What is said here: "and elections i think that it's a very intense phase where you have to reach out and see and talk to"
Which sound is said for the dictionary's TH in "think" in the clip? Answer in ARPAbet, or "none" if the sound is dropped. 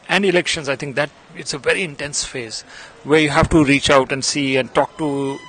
T